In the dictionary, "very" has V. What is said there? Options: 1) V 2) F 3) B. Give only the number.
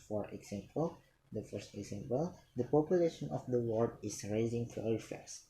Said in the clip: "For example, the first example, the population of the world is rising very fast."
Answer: 2